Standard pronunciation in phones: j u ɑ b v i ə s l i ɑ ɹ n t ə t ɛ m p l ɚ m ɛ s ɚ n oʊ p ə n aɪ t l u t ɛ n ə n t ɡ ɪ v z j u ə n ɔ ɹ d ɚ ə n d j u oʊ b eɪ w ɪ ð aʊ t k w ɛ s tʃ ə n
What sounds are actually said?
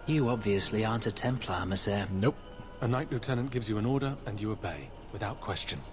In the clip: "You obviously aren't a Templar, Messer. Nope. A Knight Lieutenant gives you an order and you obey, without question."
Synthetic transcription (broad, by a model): j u ɑ b v i ə s l i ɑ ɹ n t ə t ɛ m p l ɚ m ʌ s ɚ n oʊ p ə n aɪ t l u t ɛ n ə n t ɡ ɪ v z j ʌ ə n ɔ ɹ d ɚ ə n j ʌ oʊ b eɪ w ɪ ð aʊ t k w ɛ s tʃ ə n